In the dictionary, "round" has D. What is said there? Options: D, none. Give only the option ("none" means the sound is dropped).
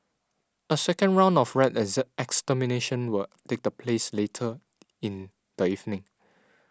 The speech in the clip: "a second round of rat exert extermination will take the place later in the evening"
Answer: D